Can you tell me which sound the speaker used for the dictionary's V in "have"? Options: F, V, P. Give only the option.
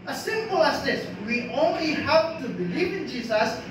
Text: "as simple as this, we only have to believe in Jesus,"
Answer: P